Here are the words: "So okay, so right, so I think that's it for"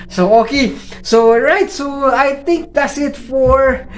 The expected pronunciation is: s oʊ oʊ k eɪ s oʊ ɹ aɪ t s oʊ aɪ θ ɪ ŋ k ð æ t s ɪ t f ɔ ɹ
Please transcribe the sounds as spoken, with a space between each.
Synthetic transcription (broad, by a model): s oʊ oʊ k eɪ s oʊ ɹ aɪ t s oʊ aɪ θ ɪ ŋ k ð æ t s ɪ t f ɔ ɹ